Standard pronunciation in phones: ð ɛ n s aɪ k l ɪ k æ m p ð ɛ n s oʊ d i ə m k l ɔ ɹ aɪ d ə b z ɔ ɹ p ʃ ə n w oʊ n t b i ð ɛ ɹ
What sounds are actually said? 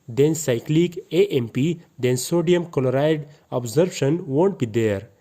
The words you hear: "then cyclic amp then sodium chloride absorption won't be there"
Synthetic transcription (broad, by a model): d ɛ n s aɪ k l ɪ k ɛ m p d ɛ n s oʊ d i ə m k l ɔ ɹ aɪ d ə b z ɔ ɹ b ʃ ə n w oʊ n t b i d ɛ ɹ